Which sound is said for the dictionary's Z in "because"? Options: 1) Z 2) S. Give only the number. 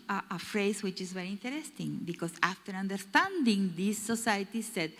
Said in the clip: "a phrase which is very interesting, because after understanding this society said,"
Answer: 2